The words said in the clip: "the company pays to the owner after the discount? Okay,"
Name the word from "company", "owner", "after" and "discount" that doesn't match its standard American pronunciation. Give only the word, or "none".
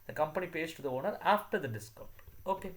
discount